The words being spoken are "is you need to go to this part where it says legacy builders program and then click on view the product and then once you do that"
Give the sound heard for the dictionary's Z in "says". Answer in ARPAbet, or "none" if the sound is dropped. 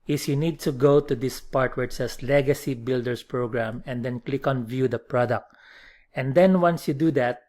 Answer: S